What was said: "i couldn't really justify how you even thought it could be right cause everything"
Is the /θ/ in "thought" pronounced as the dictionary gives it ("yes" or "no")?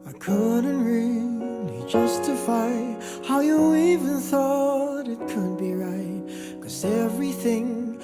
yes